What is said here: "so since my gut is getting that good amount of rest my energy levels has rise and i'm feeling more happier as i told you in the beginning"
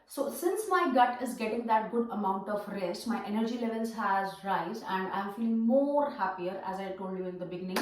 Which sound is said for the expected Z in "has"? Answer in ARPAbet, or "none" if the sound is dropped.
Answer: Z